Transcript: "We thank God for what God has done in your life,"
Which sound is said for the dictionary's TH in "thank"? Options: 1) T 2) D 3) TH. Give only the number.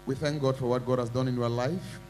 3